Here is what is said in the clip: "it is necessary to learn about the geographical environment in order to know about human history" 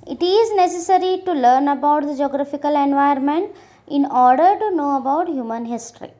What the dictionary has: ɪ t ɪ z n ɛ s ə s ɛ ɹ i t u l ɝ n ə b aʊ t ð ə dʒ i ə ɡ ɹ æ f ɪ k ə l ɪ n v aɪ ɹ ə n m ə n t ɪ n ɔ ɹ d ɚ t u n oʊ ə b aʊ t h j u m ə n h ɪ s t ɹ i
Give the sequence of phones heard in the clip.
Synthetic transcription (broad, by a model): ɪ t ɪ z n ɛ s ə s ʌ ɹ i t u l ɝ n ə b aʊ t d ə dʒ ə ɡ ɹ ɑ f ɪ k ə l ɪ n v aɪ ə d m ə n t ɪ n ɔ ɹ d ɚ t u n oʊ ə b aʊ t h j u m ə n h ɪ s t ɹ i